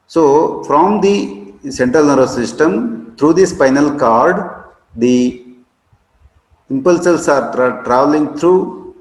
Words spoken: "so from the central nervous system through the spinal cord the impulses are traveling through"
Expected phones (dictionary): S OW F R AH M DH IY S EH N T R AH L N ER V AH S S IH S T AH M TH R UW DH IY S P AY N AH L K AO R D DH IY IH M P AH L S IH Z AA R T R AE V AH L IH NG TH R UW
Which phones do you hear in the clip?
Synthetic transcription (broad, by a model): S OW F R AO M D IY S EH N T R AH L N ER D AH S S IH S T AH M T R UW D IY S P AY N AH L K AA R D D IY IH M P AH L S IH S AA R T R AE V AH L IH NG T R UW